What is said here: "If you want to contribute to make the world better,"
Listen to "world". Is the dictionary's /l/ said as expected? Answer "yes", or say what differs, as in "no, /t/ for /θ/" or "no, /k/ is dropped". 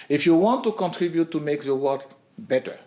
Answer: no, /l/ is dropped